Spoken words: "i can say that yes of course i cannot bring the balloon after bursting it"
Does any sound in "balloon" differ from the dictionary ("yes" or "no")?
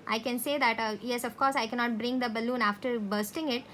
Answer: no